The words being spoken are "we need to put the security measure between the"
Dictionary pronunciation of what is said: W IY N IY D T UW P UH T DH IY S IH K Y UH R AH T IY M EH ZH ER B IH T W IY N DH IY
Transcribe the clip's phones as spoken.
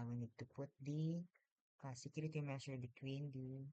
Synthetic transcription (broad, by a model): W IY N IY D T UW P UH T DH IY S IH K Y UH R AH T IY M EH S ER B IH T W IY N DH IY